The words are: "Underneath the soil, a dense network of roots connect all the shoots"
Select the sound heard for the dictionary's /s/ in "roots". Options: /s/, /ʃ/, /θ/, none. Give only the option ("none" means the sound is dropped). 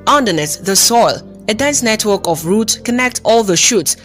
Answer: none